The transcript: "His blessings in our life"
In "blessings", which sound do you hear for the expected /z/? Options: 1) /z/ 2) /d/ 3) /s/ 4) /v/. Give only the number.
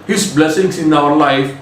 3